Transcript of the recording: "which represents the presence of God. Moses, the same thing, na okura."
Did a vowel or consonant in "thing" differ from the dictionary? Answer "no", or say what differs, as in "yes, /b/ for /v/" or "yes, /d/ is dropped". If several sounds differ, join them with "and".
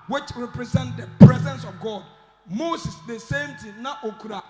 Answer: yes, /t/ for /θ/